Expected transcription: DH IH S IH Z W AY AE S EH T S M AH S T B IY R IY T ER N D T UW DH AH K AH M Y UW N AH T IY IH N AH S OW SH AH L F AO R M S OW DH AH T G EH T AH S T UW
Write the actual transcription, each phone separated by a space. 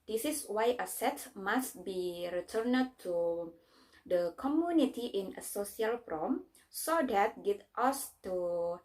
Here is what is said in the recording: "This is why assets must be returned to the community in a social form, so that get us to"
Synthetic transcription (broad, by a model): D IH S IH S W AY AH S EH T M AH S T B IY R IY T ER N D T UW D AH K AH M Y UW N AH T IY IH N AH S OW S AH L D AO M S OW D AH T G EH T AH S T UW